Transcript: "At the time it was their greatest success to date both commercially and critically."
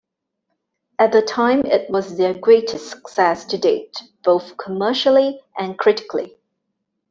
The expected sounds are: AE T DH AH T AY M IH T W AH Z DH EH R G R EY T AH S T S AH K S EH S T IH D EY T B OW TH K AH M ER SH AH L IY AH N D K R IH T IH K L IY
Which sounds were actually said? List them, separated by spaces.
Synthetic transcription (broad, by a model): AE T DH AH T AY M IH T W AH Z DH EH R G R EY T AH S S AH K S EH S T IH D EY T B OW TH K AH M ER SH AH L IY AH N K R IH T IH K L IY